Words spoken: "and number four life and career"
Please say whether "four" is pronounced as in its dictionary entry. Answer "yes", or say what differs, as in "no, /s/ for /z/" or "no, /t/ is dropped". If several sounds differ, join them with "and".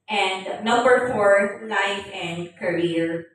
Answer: yes